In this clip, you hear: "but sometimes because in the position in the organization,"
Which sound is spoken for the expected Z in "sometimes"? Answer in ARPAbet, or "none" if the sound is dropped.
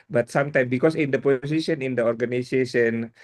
none